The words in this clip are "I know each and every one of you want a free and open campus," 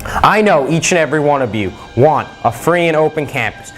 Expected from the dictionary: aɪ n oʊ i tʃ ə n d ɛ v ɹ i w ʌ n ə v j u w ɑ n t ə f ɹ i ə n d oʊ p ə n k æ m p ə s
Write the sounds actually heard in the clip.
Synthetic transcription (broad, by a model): aɪ n oʊ i tʃ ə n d ɛ v ɹ i w ʌ n ə v j u w ɑ n t ə f ɹ i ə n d oʊ p ə n k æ m p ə s